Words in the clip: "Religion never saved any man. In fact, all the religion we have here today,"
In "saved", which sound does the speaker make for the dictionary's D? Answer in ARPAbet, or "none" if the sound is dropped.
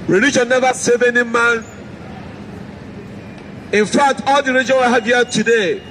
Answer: none